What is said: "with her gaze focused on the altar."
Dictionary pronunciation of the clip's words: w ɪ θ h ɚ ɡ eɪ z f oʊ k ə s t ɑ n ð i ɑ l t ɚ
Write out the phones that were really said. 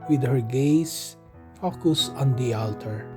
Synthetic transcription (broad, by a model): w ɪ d h ɚ ɡ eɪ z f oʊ k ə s ɑ n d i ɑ l t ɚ